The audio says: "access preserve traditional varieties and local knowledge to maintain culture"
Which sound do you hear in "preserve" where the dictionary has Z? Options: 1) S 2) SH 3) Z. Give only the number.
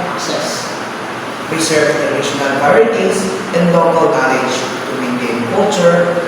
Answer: 1